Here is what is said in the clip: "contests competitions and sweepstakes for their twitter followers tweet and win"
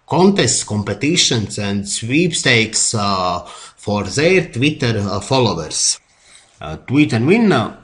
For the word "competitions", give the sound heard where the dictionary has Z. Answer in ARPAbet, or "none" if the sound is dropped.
S